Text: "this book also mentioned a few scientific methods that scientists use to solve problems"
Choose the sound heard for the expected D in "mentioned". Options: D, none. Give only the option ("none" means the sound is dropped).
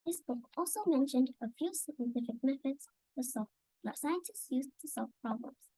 D